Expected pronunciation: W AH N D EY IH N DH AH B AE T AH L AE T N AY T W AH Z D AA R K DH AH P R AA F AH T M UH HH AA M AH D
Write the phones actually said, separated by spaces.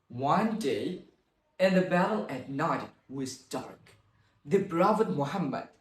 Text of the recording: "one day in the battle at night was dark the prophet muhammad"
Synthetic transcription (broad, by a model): W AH N D EY IH N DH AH B AE T AH L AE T N AY T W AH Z D AA R K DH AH B R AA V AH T M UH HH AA M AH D